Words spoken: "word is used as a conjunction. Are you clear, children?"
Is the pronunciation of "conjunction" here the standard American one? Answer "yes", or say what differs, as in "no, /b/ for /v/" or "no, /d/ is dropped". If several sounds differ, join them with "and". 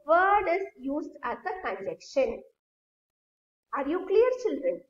no, /ŋ/ is dropped